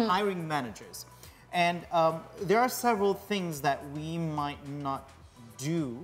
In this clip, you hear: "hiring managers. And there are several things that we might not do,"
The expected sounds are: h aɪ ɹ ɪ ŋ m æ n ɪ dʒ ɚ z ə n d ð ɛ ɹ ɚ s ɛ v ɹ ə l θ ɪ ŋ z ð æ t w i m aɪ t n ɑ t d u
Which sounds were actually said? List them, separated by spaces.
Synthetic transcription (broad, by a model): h aɪ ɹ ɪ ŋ m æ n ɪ dʒ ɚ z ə n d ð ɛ ɹ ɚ s ɛ v ɹ ə l θ ɪ ŋ z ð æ t w i m aɪ t n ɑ t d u